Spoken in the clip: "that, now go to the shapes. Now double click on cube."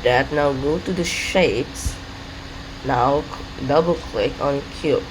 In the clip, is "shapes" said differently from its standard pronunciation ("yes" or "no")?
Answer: no